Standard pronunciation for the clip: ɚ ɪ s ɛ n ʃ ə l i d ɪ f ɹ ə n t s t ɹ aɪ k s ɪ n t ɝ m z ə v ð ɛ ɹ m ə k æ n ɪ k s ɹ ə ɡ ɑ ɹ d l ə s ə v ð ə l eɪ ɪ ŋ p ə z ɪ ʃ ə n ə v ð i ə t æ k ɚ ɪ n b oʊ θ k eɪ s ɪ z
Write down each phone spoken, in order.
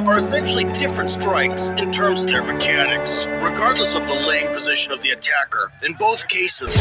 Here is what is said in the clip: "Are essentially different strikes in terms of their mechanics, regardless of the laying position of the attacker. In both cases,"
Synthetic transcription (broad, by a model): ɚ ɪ s ɛ n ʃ l i d ɪ f ɹ ə n t s t ɹ aɪ k s ɪ n t ɝ m z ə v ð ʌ ɹ m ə k æ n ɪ k s ɹ ə ɡ ɑ ɹ d l ə s ə v ð ə l eɪ ɪ ŋ p ə z ɪ ʃ ə n ə v ð i ə t æ k ɚ ɪ n b oʊ θ k eɪ s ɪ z